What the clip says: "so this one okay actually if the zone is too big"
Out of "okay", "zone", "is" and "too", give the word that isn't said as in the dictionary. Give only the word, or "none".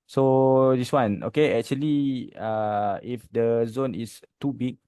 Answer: is